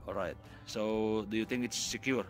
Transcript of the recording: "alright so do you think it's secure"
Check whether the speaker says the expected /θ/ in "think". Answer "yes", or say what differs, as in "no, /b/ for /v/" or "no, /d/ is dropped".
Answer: no, /t/ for /θ/